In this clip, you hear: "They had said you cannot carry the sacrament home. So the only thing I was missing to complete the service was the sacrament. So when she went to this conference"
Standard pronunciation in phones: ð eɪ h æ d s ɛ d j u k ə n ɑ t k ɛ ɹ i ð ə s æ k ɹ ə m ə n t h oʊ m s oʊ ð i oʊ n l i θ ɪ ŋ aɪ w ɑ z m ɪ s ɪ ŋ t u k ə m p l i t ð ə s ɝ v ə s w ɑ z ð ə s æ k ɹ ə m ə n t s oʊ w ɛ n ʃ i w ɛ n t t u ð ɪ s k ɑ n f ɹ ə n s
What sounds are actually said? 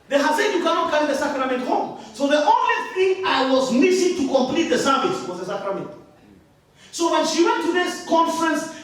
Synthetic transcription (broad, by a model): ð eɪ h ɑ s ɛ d j u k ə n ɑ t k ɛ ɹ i ð ə s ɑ k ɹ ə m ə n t h oʊ m s oʊ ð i oʊ n l i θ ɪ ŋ aɪ w ɑ z m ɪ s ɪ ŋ t u k ə m p l i t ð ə s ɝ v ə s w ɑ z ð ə s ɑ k ɹ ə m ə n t s oʊ w ɛ n ʃ i w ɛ n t t u ð ɪ s k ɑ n f ɹ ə n s